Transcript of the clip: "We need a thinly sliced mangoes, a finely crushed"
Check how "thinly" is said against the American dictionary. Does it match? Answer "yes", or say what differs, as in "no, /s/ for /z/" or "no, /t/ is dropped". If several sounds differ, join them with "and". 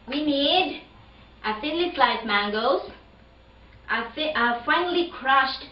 no, /s/ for /θ/